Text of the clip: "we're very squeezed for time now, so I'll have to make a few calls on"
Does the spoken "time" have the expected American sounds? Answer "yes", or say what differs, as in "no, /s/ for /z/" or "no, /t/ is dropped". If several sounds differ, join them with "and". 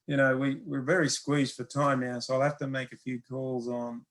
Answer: yes